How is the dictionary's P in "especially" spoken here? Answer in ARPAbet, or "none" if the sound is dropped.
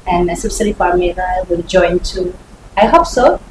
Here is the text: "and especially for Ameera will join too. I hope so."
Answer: none